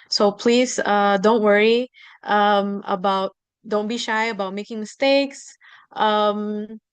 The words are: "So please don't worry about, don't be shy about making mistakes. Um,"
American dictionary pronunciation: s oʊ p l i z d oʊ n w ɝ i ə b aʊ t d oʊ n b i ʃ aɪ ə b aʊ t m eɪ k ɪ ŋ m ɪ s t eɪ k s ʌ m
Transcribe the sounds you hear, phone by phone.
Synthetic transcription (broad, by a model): s oʊ p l i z d oʊ n w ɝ i ə b aʊ t d oʊ n b i ʃ aɪ ə b aʊ t m eɪ k ɪ ŋ m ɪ s t eɪ k s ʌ m